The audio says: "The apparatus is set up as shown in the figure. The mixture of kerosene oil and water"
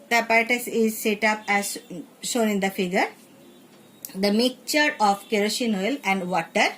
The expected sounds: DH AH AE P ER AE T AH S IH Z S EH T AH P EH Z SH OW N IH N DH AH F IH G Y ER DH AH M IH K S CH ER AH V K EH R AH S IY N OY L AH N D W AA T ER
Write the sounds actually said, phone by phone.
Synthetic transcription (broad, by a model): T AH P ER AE T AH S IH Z S EH T AH P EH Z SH OW N IH N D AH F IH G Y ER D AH M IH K CH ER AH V K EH R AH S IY N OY L AH N D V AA T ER